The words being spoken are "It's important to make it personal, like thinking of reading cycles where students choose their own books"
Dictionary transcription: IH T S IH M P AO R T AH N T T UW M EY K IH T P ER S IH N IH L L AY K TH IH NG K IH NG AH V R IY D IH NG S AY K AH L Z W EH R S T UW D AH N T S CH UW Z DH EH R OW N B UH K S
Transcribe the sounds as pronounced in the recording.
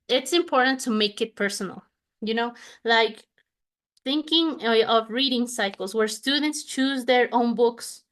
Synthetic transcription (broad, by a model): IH T S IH M P AO R T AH N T T UW M EY K IH T P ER S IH N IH N L AY K TH IH NG K IH NG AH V R IY D IH NG S AY K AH L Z W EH R S T UW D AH N T S CH UW Z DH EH R OW N B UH K S